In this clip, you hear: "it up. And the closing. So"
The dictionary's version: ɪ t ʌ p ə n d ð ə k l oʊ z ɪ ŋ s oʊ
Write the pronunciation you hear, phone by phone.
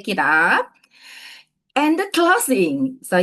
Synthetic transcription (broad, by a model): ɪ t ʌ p ə n d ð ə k l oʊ s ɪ ŋ s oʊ